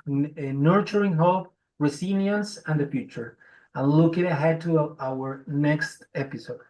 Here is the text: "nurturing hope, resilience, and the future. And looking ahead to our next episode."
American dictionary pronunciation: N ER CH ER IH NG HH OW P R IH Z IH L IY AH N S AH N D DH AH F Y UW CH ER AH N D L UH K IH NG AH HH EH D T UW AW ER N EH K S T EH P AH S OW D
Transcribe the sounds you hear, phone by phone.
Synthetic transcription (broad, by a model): N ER CH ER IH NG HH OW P R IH S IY N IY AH N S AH N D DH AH F Y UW CH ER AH N L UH K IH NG AH HH EH D T UW AW ER N EH K S T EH P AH S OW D